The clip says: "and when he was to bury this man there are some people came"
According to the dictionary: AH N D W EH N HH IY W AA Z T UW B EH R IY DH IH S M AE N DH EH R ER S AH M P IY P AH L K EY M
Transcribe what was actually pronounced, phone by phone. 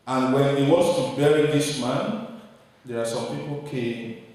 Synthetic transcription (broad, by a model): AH N W EH N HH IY W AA S T UW B EH R IY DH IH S M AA N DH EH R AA S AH M P IY P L K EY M